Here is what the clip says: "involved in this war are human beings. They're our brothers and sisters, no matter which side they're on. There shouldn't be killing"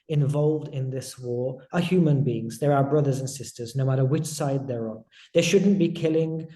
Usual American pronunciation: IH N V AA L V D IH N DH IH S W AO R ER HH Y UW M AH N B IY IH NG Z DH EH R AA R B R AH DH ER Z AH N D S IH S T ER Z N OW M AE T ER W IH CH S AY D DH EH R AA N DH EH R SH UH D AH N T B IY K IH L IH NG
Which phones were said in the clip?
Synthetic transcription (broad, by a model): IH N V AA L V D IH N DH IH S W AO R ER HH Y UW M AH N B IY IH NG Z DH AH R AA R B R AH DH ER Z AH N S IH S T ER Z N OW M AE T ER W IH CH S AY D DH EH R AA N DH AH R SH UH D N B IY K IH L IH NG